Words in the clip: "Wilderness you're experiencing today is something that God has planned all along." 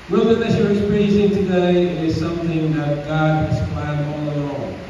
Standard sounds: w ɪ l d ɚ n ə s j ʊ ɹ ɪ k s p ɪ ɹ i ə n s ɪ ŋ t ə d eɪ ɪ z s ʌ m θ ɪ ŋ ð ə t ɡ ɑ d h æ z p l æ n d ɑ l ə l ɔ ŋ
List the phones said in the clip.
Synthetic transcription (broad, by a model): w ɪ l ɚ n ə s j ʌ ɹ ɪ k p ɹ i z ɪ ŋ t ə d eɪ ɪ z s ʌ m θ ɪ ŋ ð ə t ɡ ɑ d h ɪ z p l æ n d ɑ l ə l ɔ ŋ